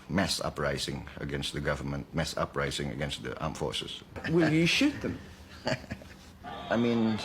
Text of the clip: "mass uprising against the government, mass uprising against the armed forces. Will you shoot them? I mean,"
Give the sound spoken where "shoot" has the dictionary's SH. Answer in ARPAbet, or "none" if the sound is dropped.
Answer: SH